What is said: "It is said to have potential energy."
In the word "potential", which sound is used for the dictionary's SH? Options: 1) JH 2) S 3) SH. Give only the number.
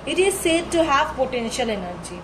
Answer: 3